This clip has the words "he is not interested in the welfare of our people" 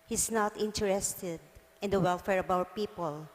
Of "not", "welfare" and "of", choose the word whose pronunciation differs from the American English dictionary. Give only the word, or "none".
of